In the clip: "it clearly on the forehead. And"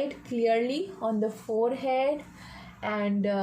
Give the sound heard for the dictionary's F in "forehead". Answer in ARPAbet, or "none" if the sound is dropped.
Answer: F